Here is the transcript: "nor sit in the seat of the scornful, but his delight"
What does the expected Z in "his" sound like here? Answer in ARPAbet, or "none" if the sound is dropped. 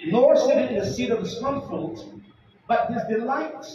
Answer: Z